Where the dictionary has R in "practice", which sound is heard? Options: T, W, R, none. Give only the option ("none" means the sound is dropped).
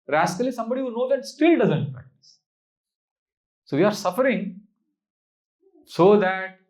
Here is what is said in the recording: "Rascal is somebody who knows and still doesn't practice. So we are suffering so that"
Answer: none